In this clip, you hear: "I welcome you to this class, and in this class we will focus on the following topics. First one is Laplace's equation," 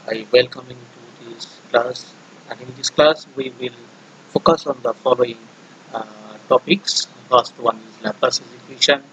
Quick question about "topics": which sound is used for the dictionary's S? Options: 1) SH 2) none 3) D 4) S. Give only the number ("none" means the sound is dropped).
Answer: 4